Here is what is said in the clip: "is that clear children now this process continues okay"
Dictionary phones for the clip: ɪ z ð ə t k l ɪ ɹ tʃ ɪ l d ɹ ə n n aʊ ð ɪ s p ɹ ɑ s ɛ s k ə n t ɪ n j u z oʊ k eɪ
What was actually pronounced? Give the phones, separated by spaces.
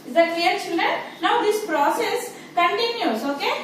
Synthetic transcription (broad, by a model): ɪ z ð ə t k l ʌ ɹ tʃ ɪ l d ə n n aʊ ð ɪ s p ɹ ɑ s ɛ s k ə n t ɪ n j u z oʊ k eɪ